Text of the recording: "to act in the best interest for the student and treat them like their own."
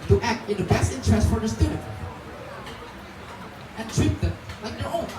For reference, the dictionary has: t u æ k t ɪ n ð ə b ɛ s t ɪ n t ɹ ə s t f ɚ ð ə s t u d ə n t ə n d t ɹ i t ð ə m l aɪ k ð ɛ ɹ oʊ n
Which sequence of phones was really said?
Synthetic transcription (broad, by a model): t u æ k t ɪ n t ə b ɛ s t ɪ n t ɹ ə s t f ɚ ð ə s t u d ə t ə n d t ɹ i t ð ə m l aɪ k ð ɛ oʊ